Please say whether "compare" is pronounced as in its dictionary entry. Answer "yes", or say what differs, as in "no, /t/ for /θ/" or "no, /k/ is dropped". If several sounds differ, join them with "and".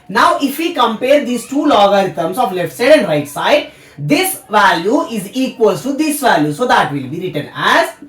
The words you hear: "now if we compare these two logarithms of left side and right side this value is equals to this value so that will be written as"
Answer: yes